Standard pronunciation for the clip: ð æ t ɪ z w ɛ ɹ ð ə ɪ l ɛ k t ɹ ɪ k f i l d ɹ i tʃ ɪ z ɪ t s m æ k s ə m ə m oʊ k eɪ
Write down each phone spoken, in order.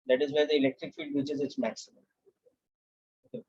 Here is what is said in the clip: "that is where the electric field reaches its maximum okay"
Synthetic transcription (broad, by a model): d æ t ɪ z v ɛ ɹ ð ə ɪ l ɛ k t ɹ ɪ k f i l d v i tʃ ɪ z ɪ t s m æ k s ə m ə m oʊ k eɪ